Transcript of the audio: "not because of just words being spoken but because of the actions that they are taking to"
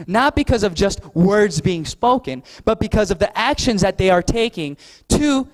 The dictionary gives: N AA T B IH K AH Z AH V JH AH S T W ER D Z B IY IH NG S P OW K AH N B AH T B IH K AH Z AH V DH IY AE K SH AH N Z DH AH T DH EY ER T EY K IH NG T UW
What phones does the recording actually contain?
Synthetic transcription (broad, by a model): N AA T B IH K AH Z AH V JH AH S T W ER D Z B IY IH NG S P OW K AH N B AH T B IH K AH Z AH V DH IY AE K SH AH N Z DH AH T DH EY ER T EY K IH NG T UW